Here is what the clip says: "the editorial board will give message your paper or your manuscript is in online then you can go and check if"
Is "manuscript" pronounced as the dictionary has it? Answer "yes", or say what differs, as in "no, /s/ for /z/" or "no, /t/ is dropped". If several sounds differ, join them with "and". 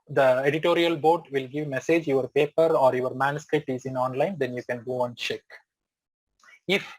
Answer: yes